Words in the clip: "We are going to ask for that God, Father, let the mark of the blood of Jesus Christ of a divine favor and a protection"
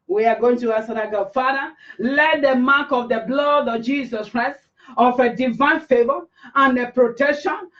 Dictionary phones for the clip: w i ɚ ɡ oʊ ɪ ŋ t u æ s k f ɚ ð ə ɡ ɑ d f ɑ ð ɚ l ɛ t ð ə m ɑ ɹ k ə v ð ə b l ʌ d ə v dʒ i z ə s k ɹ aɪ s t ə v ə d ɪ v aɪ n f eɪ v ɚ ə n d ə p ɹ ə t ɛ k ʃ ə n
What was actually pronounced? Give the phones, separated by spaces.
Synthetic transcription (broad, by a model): w i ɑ ɡ oʊ ɪ ŋ t u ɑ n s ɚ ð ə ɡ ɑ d f ɑ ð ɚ l ɛ t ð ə m ɑ k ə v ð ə b l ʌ d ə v dʒ i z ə s k ɹ aɪ s t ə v ə d ɪ v aɪ n f eɪ v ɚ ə n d ə p ɹ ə t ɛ k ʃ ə n